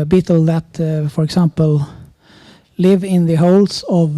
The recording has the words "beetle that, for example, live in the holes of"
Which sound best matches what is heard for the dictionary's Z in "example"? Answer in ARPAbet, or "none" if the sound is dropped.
S